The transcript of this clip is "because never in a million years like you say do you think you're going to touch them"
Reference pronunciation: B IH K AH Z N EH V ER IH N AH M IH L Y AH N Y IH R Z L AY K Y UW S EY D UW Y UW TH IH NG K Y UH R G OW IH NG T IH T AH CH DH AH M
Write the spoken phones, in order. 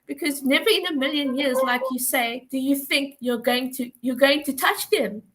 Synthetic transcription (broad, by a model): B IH K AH Z N EH V ER IH N AH M IH L Y AH N Y IH R Z L AY K Y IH S EY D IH Y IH TH IH NG K Y UH R G OW IH NG T IH T AH CH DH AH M